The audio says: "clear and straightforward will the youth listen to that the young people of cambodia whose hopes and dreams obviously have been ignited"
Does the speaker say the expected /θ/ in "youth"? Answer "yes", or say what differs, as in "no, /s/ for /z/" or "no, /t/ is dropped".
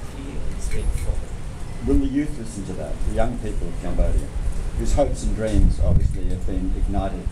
yes